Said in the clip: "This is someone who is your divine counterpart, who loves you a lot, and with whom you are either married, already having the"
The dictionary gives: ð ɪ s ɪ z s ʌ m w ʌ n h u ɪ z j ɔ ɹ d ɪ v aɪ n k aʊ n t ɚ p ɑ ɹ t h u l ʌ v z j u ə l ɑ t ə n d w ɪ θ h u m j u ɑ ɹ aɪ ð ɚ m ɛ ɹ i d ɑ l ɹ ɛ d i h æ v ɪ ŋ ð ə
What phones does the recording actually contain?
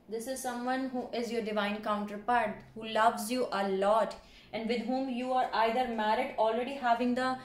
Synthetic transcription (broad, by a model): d ɪ s ɪ z s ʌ m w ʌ n h u ɪ z j ɔ ɹ d ɪ v aɪ n k aʊ n t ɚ p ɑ ɹ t h u l ʌ v z j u ə l ɑ t ə n d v ɪ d h u m j u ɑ ɹ aɪ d ɚ m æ ɹ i d ɑ l ɹ ɛ d i h æ v ɪ ŋ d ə